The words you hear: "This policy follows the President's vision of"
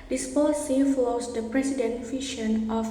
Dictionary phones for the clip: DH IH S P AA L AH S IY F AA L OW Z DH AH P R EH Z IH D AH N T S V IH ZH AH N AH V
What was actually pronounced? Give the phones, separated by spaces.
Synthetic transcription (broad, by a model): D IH S P AA L AH S IY F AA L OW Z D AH P R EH S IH D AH N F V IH SH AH N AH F